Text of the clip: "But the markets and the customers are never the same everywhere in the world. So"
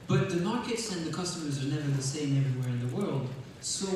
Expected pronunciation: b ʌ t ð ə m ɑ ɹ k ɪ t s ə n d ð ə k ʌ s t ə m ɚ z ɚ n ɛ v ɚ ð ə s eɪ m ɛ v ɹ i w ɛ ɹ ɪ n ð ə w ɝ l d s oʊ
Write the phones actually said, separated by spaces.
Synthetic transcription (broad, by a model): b ʌ t ð ə m ɑ ɹ k ɪ t s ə n ð ə k ʌ s t ə m ɚ z ɚ n ɛ v ɚ ð ə s eɪ m ɛ v ɹ i w ɛ ɹ ɪ n ð ə w ɝ l d s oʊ